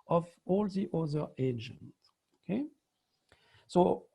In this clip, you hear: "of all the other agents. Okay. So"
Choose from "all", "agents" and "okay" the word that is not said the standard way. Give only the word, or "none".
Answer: agents